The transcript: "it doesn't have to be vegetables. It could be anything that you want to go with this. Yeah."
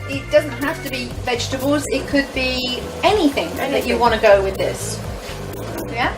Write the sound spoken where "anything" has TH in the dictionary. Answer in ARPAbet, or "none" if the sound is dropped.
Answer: TH